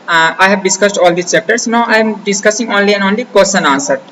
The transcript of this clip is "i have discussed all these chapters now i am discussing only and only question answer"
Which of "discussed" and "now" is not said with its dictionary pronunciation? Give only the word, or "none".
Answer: none